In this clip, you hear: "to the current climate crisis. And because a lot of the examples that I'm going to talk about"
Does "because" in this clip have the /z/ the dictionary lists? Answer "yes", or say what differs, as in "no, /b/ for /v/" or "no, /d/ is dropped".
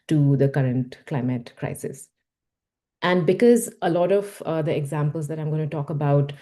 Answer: yes